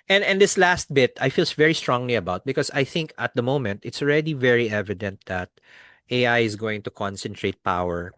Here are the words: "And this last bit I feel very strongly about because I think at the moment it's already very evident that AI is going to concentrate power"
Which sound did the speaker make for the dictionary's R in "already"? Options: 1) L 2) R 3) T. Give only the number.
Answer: 2